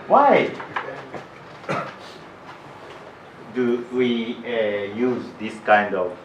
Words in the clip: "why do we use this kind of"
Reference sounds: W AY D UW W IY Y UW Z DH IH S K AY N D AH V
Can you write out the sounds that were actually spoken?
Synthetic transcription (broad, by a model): W AY D UW W IY Y UW Z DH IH S K AY N D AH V